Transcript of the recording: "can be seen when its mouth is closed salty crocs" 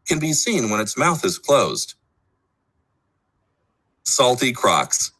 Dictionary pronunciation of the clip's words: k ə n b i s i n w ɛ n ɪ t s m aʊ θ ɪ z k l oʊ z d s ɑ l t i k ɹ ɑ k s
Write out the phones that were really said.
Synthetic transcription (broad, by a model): k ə n b i s i n w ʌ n ɪ t s m aʊ θ ɪ z k l oʊ z d s ɑ l t i k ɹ ɑ k s